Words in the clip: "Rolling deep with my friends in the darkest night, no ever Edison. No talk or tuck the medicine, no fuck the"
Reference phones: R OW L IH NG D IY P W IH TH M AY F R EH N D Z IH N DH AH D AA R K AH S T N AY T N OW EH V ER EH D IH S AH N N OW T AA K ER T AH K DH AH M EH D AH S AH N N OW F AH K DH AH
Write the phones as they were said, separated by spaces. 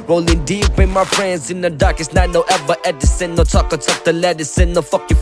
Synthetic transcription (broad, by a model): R OW L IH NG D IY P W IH M AY F R EH N D Z IH N DH AH D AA R K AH S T N AY T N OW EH B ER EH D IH S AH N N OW T AA K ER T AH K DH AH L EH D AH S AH N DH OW F AH K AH